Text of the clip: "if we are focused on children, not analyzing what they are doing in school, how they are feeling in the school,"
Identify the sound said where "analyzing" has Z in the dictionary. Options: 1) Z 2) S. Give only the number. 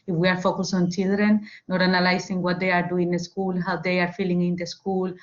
2